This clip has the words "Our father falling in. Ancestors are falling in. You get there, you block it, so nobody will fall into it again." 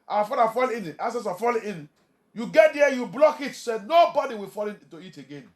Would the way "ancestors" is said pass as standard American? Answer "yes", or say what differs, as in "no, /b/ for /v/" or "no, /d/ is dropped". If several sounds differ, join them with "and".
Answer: no, /n/ is dropped